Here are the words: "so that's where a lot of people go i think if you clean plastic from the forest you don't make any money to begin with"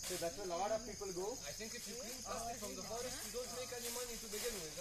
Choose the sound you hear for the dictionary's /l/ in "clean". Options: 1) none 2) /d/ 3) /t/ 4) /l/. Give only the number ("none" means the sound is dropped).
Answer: 1